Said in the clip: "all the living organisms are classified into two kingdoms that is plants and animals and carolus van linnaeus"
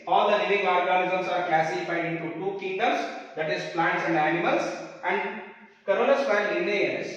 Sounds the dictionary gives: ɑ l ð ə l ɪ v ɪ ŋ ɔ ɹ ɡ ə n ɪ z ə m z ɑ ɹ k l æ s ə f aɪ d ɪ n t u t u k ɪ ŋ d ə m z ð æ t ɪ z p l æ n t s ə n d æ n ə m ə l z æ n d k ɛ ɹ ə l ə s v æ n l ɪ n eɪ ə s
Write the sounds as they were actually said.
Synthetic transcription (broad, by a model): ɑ l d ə l ɪ v ɪ ŋ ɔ ɹ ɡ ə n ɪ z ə m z ɑ ɹ k l æ s ə f aɪ d ɪ n t u t u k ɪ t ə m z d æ t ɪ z p l æ n t s ə n d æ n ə m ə l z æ n d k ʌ ɹ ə n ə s p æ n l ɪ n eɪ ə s